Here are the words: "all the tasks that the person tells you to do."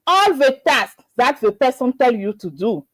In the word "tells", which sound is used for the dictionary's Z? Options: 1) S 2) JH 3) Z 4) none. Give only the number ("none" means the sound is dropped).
4